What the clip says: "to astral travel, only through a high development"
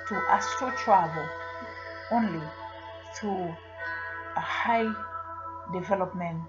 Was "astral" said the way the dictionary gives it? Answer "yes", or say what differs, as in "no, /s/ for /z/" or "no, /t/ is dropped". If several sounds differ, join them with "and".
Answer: no, /ɹ/ is dropped